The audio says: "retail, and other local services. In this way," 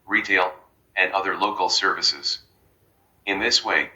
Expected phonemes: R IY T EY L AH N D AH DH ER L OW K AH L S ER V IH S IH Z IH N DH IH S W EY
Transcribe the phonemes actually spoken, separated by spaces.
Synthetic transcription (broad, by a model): R IY T EY L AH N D AH DH ER L OW K L S ER V IH S IH Z IH N DH IH S W EY